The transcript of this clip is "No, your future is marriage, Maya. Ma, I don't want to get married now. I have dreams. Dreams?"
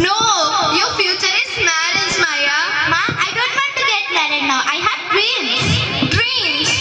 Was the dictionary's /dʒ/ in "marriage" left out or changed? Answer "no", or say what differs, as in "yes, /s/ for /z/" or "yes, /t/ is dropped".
yes, /z/ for /dʒ/